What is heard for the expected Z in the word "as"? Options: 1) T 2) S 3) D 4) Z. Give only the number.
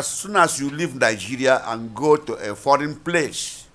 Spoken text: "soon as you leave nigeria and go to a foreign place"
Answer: 2